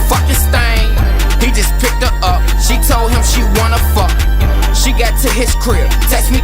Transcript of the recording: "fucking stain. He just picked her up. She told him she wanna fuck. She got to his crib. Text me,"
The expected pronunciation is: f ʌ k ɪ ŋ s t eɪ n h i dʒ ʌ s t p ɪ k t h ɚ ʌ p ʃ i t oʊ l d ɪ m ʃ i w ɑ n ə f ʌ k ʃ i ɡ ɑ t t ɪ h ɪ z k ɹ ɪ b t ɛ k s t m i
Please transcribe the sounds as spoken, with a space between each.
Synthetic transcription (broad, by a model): f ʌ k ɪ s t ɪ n h i dʒ ʌ s p ɪ k t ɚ ʌ p ʃ i t oʊ l d ɪ m ʃ i w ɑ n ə f ʌ k ʃ i ɡ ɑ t t ɪ h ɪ s k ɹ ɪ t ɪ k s m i